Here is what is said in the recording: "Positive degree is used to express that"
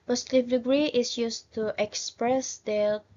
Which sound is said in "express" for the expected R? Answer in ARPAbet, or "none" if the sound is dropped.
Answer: R